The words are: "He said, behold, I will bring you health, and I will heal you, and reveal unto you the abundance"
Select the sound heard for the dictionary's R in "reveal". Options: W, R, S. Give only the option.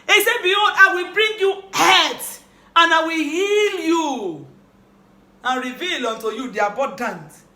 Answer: R